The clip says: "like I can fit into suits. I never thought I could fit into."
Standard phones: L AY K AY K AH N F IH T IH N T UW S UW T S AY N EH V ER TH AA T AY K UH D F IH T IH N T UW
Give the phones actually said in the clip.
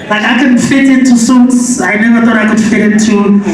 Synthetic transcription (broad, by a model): L AY K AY K AH N F IH T IH N T UW S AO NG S AY N EH V ER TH AA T AY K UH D F IH T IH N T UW